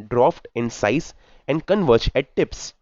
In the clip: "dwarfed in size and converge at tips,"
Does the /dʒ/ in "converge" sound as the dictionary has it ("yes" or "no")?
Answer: no